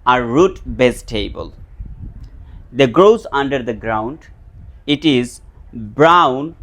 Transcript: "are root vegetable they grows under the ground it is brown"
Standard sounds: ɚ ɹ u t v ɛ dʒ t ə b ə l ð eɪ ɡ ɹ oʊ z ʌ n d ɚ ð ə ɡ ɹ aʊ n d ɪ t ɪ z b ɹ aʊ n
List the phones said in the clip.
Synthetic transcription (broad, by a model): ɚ ɹ u t b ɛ z t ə b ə l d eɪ ɡ ɹ oʊ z ʌ n d ɚ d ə ɡ ɹ aʊ n d ɪ t ɪ z b ɹ aʊ n